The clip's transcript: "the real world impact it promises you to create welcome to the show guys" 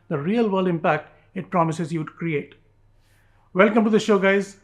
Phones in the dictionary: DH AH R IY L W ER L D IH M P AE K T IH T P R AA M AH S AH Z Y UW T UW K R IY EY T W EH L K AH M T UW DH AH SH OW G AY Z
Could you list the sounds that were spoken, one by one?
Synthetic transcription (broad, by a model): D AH R IY L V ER L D IH M P AE K T IH T P R AA M AH S AH Z Y UW T UW K R IY EY T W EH L K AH M T UW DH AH SH OW G AY Z